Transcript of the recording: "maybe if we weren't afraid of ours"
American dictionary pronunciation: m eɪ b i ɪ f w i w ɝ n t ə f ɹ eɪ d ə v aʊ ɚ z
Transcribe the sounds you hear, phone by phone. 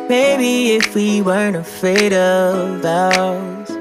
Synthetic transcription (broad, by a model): m eɪ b i ɪ f w i w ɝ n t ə f eɪ d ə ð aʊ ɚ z